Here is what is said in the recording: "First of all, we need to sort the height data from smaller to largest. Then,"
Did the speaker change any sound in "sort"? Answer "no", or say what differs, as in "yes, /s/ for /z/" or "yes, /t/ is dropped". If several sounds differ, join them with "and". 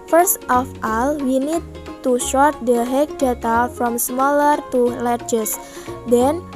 yes, /ʃ/ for /s/